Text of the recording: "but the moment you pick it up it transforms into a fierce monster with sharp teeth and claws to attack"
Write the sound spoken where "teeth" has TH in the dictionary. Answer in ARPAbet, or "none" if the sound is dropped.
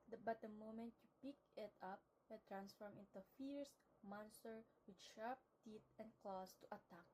T